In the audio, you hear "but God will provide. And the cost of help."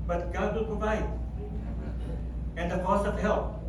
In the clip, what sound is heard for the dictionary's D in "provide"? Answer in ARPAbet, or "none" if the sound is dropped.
none